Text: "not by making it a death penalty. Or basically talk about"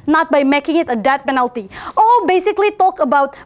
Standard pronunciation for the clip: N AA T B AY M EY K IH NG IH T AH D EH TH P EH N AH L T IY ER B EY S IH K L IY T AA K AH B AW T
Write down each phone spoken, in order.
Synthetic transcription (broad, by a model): N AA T B AY M EY K IH NG IH T AH D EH T P EH N AH L T IY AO B EY S IH K L IY T AA K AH B AW T